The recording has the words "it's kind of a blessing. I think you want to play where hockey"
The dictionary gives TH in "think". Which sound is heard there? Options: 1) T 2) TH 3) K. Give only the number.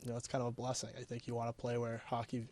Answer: 2